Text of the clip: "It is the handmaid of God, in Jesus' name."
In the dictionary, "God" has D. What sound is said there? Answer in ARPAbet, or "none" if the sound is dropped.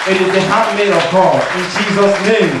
none